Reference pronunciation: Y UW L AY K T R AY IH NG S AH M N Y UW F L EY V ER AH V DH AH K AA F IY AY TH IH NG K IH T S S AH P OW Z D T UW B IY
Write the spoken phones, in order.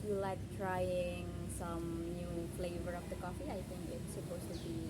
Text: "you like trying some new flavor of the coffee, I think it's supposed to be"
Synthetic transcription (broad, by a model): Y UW L AY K T R AY IH NG S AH M N Y UW F L EY V ER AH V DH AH K AA F IY AY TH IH NG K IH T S S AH P OW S T UW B IY